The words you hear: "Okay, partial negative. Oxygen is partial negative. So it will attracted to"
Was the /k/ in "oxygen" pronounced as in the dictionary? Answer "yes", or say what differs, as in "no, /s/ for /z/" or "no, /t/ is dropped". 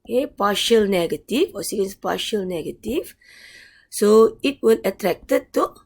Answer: no, /k/ is dropped